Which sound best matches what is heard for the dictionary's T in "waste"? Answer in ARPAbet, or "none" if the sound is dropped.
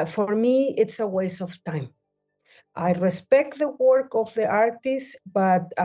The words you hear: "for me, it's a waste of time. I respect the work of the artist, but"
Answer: none